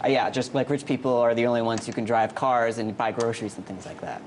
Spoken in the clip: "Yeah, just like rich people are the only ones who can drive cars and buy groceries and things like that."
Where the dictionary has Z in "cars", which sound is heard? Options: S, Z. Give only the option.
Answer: Z